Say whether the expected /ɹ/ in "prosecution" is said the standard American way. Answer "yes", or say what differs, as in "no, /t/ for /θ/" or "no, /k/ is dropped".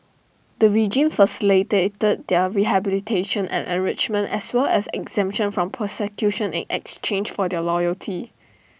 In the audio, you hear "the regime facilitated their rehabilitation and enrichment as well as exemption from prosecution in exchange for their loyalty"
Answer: no, /ɹ/ is dropped